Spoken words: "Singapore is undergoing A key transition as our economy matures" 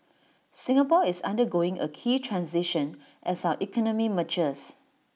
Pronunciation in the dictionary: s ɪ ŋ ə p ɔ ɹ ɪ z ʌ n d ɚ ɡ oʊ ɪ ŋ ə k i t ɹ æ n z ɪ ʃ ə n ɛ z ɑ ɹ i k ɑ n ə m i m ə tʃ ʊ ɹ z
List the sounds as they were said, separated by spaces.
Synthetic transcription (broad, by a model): s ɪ ŋ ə p ɔ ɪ s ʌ n d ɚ ɡ oʊ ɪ ŋ ə k i t ɹ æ n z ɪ ʃ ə n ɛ s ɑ i k ɑ n ə m i m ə tʃ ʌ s